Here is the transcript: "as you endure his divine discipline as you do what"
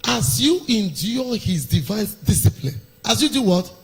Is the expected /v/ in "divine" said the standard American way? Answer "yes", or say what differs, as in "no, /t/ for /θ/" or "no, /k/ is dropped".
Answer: yes